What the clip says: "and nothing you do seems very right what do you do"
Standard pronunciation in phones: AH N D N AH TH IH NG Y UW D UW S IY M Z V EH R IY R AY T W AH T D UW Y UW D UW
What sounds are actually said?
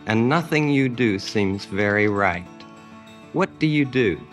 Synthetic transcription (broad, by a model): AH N N AH TH IH NG Y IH D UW S IY M Z V EH R IY R AY T W AH T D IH Y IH D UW